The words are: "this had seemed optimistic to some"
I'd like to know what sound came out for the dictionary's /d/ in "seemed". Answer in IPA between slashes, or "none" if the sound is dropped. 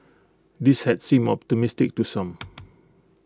none